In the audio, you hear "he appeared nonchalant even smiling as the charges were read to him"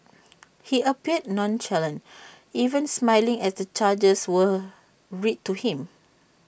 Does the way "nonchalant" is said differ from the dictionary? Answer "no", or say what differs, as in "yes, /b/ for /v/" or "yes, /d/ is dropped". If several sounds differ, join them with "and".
yes, /t/ is dropped